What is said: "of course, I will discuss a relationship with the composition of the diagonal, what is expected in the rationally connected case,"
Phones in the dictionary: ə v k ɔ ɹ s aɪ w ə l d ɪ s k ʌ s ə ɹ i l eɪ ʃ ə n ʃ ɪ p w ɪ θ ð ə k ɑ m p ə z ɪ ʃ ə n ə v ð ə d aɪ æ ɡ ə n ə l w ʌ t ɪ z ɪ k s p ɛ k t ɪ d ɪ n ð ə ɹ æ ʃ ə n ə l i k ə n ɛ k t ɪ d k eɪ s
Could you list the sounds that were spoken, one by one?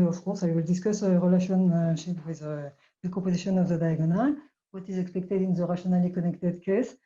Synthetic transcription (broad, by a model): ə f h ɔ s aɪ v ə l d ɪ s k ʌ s ə ɹ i l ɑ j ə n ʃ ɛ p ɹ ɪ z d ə k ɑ p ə z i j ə n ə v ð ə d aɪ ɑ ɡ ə n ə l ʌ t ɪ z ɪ k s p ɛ k t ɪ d ɪ n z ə ɹ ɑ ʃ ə n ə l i k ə n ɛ k t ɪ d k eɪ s